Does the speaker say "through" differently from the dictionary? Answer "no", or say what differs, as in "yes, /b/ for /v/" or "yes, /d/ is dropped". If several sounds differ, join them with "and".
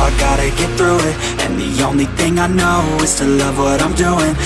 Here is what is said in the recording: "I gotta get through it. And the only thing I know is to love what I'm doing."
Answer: no